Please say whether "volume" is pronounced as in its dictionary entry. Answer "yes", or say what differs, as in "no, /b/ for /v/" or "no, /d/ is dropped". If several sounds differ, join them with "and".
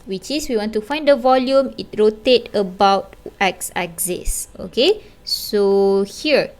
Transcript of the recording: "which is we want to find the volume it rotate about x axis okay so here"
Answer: yes